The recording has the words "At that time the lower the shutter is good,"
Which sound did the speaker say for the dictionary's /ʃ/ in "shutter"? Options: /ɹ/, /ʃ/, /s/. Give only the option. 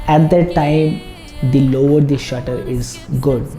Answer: /ʃ/